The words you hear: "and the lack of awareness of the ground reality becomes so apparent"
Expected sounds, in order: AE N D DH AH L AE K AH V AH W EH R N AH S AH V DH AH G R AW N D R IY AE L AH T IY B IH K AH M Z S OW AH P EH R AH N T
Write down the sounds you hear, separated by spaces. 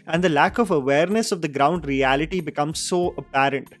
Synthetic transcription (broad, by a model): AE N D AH L AE K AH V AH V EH R N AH S AH V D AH G R AW N D R IY AE L AH T IY B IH K AH M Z S OW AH P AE R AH N T